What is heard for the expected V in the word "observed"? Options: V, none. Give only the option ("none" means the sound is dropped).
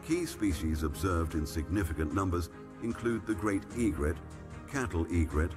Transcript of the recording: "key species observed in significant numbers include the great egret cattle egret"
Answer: V